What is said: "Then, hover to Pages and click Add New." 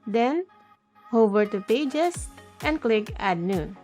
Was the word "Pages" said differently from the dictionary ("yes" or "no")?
yes